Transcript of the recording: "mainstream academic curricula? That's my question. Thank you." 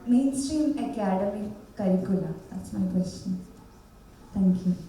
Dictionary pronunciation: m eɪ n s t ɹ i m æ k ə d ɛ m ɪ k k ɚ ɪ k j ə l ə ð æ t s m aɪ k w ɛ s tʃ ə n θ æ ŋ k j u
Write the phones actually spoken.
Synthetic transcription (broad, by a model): m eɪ n s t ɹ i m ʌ k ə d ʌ m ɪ k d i k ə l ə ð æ t s m aɪ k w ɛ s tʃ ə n t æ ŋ k j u